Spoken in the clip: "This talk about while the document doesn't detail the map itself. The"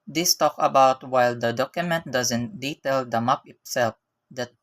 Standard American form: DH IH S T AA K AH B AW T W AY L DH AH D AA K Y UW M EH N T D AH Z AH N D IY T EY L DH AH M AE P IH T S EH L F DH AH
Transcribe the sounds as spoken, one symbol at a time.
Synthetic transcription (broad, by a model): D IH S T AA K AH B AW T W AY L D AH D AA K Y UW M EH N T D AH Z AH N D IY T EY L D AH M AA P IH T S EH L F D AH